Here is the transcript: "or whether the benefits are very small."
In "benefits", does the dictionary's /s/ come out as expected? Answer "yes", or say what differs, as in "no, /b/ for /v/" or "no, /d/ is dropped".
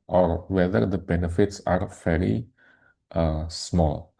yes